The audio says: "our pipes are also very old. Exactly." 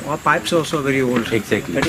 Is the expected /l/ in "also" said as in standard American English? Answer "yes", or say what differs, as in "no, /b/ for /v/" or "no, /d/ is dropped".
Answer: no, /l/ is dropped